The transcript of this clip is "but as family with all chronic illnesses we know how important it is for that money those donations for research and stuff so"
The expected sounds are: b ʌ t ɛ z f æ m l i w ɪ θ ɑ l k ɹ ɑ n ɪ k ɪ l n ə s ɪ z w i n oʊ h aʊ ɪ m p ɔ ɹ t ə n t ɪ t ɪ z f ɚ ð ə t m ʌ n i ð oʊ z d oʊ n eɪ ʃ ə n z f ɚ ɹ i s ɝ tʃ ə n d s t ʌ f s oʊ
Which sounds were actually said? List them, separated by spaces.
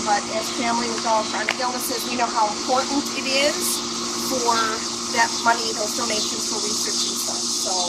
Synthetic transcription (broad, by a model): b ʌ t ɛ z f æ m l i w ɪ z ɑ l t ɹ ɑ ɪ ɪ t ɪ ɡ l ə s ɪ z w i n oʊ h aʊ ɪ m p ɔ ɹ t n t ɪ t ɪ z f ɚ ð ə t m ʌ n i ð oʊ d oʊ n eɪ ʃ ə n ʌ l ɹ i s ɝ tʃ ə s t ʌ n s oʊ